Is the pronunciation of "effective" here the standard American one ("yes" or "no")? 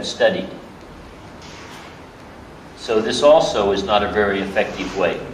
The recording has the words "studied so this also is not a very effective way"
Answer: yes